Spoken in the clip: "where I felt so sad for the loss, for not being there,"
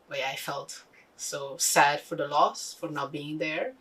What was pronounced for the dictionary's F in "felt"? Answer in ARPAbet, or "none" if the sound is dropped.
F